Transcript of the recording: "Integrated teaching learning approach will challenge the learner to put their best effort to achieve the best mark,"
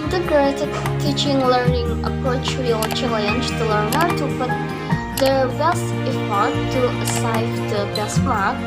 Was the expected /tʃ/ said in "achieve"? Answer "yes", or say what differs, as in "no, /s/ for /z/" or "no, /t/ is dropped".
no, /s/ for /tʃ/